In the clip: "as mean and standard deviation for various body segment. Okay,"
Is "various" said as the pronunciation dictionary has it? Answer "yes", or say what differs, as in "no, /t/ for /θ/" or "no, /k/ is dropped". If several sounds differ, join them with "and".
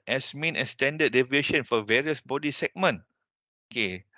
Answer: yes